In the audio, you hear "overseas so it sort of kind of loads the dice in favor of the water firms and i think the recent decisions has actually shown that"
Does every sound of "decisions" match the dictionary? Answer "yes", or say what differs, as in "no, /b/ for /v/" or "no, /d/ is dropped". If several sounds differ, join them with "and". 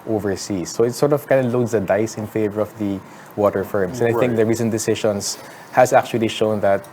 no, /ʃ/ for /ʒ/ and /s/ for /z/